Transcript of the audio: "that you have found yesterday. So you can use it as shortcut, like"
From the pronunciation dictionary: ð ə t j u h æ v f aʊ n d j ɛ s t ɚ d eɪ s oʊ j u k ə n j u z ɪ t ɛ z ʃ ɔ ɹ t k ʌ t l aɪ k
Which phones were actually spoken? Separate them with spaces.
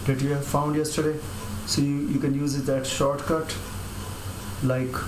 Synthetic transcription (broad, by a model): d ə t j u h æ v f aʊ n d j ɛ s t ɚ d eɪ s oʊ j u k ə n j u z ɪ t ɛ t ʃ ɔ ɹ t k ʌ t l aɪ k